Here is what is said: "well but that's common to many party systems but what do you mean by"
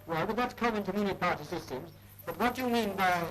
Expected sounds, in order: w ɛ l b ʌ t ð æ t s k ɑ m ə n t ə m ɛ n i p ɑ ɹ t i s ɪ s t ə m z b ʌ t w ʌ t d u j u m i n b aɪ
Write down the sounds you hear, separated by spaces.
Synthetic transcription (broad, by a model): w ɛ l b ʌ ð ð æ t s k ɑ m ə n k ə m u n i p ɑ ɹ t i s ɪ s t ə m z b ʌ t w ʌ t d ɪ j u m i n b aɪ